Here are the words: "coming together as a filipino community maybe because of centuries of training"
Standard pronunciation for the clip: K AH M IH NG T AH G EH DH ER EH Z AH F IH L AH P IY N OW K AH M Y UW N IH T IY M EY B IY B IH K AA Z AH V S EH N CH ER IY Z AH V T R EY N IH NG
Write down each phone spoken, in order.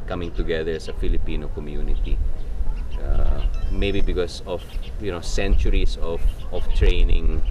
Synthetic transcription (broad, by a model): K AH M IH NG T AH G EH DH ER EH S AH F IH L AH P IY N OW K AH M Y UW N IH T IY M EY B IY B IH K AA S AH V S EH N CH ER IY S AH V T R EY N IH NG